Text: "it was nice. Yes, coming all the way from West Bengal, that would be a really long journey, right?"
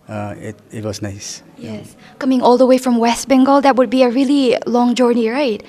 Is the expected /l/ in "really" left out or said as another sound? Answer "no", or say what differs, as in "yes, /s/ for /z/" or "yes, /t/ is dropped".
no